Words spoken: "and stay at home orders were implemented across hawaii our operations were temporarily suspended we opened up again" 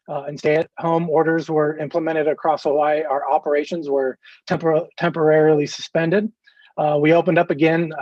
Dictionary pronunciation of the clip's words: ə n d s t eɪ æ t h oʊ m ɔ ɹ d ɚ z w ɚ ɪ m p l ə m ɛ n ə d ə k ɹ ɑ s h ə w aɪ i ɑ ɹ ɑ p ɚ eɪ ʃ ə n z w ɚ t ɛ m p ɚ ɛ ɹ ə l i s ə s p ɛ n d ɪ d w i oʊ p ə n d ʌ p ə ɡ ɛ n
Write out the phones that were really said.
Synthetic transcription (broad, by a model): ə n s t eɪ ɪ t h oʊ m ɔ ɹ d ɚ z w ɚ ɪ m p l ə m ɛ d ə d ə k ɹ ɑ s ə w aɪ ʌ ɹ ɑ p ɚ eɪ ʃ ə n z w ɚ t ɛ m p ɚ ɛ ɹ ə l i s ə s p ɛ n d ɪ d w i oʊ p ə n d ʌ p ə ɡ ɛ n